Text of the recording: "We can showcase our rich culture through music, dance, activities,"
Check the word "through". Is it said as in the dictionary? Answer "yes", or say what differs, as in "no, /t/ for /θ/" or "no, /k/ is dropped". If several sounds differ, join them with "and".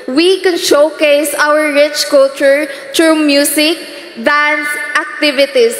no, /t/ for /θ/